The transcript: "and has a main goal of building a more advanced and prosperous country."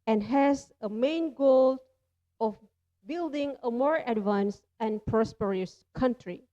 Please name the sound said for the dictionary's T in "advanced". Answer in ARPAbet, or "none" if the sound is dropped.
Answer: none